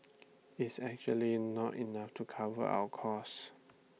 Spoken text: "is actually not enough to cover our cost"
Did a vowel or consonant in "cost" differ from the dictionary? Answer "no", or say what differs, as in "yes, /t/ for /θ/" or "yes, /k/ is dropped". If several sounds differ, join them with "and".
yes, /t/ is dropped